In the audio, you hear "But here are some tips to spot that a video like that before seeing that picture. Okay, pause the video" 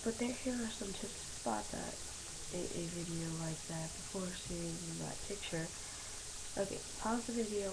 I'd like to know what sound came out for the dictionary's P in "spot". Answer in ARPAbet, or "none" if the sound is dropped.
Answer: P